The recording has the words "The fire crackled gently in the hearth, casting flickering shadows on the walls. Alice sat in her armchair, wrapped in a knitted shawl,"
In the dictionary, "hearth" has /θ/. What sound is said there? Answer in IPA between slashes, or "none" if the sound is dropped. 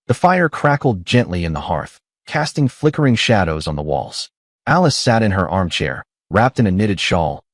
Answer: /θ/